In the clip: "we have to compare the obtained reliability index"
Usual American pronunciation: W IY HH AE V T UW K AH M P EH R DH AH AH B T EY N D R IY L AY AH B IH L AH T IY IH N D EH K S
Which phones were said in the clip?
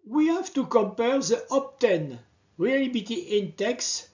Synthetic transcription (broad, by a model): W IY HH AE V T UW K AH M P EH R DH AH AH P T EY N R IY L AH B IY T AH T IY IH N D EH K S